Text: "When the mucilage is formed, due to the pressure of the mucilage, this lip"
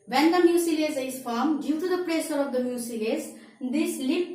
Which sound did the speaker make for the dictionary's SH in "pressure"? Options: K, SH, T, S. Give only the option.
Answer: S